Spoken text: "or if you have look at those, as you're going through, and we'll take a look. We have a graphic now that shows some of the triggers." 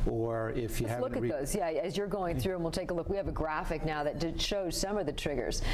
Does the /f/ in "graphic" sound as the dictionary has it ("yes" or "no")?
yes